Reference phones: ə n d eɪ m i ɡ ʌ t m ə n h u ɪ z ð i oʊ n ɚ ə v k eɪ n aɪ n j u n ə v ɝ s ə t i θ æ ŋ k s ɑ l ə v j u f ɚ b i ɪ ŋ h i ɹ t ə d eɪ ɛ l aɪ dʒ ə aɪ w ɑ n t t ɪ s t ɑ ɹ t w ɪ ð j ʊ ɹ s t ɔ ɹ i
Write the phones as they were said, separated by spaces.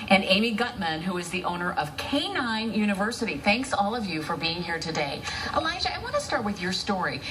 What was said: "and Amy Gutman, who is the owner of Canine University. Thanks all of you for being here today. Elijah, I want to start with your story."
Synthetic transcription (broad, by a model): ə n eɪ m i ɡ ʌ t m ə n h u ɪ z ð i oʊ n ɚ ə v k eɪ n aɪ n j u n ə v ɝ s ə t i θ æ ŋ k s ɑ l ə v j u f ɚ b i ɪ ŋ h i ɹ t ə d eɪ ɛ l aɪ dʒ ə aɪ w ɑ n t t ɪ s t ɑ ɹ t w ɪ ð j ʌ ɹ s t ɔ ɹ i